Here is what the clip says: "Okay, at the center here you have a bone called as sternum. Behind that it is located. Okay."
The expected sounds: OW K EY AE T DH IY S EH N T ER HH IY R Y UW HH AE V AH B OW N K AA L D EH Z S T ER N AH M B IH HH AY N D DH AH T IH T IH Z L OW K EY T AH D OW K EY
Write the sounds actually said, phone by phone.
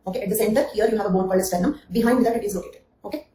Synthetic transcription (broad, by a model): OW K EY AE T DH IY S EH N T ER HH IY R Y UW HH AE V AH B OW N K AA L EH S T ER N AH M B IH HH AY N D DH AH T IH T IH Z L OW K EY T AH D OW K EY